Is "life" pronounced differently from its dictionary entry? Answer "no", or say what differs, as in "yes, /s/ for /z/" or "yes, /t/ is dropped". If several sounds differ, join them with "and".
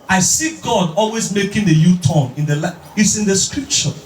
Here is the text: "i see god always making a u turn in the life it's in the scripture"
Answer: yes, /f/ is dropped